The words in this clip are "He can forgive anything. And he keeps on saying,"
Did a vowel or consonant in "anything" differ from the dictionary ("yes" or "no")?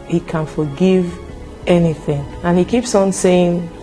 no